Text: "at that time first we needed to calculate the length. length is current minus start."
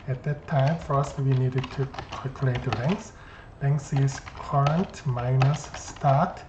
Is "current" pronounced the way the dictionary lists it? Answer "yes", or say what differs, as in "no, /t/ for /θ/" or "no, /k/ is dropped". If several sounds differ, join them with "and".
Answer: yes